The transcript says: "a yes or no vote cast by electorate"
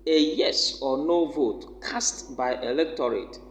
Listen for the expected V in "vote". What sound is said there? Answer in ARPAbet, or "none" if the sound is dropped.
V